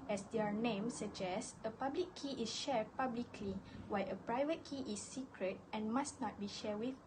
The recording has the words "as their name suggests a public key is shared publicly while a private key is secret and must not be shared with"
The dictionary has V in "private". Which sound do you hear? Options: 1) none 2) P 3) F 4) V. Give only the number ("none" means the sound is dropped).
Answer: 4